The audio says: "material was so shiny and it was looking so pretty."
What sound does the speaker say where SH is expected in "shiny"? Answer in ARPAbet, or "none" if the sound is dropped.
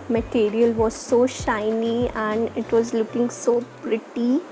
SH